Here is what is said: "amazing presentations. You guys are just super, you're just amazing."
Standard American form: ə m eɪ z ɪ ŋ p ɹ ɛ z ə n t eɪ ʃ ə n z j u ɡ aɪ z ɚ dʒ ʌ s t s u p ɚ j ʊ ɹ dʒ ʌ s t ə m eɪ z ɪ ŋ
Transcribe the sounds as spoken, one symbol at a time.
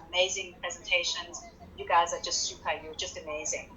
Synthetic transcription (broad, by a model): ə m eɪ z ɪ ŋ p ɹ ɛ z ə n t eɪ ʃ ə n z j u ɡ aɪ z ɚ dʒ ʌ s t s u p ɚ j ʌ dʒ ʌ s t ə m eɪ z ɪ ŋ